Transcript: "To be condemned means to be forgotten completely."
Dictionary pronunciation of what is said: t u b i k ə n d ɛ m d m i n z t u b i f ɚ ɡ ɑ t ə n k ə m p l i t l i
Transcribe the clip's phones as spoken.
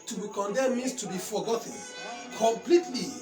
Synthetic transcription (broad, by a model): t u b i k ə n d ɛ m m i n s t u b i f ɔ ɡ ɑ t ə n k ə m p l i t l i